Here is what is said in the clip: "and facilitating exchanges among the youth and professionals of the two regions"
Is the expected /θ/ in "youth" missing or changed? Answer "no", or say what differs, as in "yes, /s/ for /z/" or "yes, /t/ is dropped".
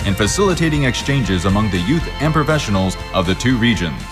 no